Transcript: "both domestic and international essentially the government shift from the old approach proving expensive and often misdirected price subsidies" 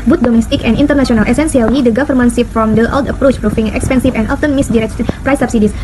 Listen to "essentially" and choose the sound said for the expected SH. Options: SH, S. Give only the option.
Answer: S